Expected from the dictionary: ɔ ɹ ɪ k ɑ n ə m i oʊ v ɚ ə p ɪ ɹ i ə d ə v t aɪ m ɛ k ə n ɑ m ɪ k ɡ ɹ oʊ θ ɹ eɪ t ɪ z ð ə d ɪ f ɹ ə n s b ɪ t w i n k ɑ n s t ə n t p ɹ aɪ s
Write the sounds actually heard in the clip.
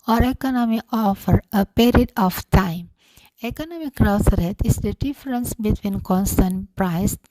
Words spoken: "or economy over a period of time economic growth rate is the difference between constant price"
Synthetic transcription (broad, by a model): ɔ ɹ ɪ k ɑ n ə m i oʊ f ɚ ə p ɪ ɹ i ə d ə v t aɪ m ɛ k ə n ɑ m ɪ k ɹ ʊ s ɹ eɪ t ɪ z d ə d ɪ f ɹ ə n s b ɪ t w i n k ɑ n s t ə n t p ɹ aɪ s